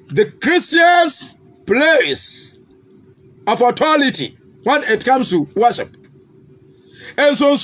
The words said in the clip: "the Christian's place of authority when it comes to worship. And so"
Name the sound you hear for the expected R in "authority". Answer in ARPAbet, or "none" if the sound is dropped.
L